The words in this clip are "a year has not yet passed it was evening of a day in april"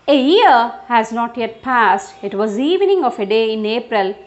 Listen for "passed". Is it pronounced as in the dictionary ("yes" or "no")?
yes